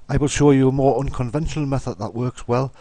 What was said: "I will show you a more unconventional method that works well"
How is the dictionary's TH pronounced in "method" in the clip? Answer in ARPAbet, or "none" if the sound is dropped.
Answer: TH